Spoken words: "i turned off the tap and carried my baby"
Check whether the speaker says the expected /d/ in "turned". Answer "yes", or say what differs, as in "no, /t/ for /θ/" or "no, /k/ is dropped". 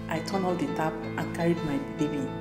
no, /d/ is dropped